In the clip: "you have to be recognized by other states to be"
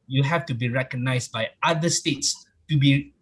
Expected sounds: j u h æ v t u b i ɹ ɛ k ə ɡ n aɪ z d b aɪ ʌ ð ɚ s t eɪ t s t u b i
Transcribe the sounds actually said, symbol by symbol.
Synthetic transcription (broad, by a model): j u h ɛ f t u b i ɹ ɛ k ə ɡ n aɪ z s b aɪ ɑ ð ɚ s t eɪ t s t u b i